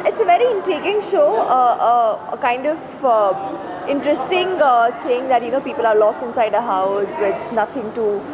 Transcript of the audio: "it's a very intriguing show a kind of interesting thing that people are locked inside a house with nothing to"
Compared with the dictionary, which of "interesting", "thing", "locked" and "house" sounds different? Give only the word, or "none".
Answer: thing